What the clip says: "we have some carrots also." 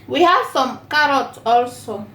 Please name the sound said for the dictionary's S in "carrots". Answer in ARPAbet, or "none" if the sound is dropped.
none